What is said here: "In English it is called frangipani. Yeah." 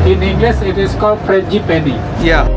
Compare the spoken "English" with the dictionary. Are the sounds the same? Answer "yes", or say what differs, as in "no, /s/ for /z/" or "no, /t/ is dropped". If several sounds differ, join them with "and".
no, /s/ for /ʃ/